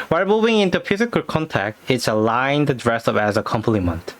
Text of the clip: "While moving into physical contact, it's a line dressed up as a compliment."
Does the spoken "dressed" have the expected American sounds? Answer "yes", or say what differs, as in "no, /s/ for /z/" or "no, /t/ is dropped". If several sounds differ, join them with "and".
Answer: no, /t/ is dropped